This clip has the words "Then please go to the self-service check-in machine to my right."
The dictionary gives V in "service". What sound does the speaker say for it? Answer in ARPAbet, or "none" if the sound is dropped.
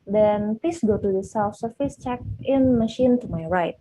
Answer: F